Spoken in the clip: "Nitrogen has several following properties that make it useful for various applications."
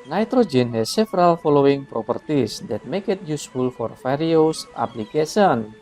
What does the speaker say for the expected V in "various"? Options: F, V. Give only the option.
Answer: F